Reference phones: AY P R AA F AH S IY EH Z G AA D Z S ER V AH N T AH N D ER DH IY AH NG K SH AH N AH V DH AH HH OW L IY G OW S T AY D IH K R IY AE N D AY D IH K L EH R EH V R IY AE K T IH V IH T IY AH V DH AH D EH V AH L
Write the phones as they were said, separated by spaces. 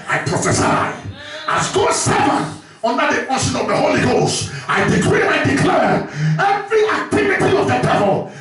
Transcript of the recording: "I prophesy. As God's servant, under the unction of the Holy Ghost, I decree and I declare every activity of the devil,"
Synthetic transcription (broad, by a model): AY P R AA F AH S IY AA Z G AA S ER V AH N AH N D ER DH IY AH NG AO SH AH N AH V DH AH HH OW L IY G OW S T AY D IH K R IY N AY D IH K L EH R EH V R IY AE K T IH V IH T IY AH V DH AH D EH V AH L